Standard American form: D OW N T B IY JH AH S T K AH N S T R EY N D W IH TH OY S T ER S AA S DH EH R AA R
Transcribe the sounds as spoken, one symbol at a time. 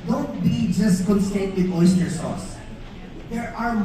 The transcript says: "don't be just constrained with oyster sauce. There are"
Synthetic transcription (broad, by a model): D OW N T B IY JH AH S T K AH N S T EY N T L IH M OY S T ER S AA S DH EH R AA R